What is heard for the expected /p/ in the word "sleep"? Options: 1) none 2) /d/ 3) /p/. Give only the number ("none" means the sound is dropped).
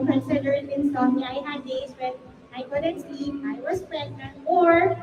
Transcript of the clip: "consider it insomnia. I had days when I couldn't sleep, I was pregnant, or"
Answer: 1